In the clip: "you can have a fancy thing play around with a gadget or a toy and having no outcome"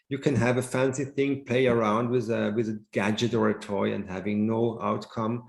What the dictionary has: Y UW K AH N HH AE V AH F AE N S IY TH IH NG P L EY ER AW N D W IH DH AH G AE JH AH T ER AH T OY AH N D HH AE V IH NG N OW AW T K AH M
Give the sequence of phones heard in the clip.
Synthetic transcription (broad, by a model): Y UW K AH N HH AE V AH F AE N S IY TH IH NG P L EY ER AW N D W IH DH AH G AE JH AH T ER AH T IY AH N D HH AE V IH NG N OW AW T K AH M